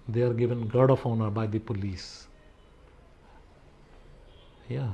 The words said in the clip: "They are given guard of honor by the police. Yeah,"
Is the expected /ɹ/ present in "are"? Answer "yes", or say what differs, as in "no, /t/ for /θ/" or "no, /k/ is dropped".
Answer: yes